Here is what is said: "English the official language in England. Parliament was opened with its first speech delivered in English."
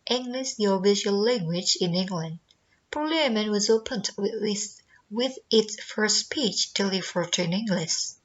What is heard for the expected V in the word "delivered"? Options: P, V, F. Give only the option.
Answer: F